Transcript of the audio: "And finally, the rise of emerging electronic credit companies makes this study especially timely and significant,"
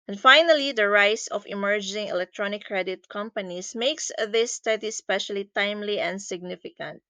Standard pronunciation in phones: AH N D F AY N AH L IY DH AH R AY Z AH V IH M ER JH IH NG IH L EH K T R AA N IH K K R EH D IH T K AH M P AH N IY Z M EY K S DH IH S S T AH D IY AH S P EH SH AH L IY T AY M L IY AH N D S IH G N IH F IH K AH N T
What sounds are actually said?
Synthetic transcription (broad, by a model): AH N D F AY N AH L IY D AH R AY S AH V IH M ER JH IH NG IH L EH K T R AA N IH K K R EH D IH T K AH M P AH N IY S M EY K S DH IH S S T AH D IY S P EH SH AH L IY T AY M L IY AH N D S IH G N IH F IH K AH N T